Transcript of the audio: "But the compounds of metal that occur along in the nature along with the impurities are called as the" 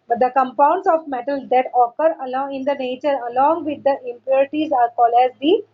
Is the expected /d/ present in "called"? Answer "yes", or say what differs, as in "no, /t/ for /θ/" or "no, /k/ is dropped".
no, /d/ is dropped